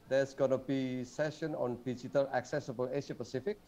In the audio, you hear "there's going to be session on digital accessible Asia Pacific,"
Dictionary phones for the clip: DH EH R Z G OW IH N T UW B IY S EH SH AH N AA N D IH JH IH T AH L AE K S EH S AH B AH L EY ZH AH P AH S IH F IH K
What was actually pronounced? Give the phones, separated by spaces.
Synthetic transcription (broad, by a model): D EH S G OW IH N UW B IY S EH SH AH N AA N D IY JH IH T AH L AE K S EH S AH B AH L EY SH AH P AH S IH F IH K